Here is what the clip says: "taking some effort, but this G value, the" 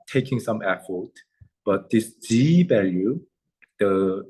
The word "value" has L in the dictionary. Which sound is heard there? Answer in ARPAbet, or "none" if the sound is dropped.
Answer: L